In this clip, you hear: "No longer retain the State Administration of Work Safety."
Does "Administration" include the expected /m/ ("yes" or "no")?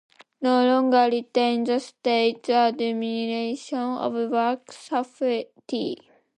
no